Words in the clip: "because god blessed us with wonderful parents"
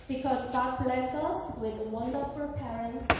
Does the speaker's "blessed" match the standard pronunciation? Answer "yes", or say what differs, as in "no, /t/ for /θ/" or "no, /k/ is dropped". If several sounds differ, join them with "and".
no, /t/ is dropped